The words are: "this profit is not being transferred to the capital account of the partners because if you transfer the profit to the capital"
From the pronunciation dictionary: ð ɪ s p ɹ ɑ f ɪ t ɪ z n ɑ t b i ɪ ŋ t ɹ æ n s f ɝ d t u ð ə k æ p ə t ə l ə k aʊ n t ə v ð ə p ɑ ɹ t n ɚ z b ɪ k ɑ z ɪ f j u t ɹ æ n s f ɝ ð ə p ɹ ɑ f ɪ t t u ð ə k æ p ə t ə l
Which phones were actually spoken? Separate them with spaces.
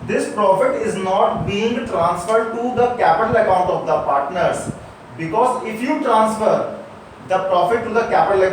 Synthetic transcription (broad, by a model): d ɪ s p ɹ ɑ f ɪ t ɪ z n ɑ t b i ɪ ŋ t ɹ æ n s f ɝ d t u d ə k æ p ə t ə l ə k aʊ n t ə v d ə p ɑ ɹ t n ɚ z b ɪ k ɑ z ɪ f j u t ɹ æ n s f ɝ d ə p ɹ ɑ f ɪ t t u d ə k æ p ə t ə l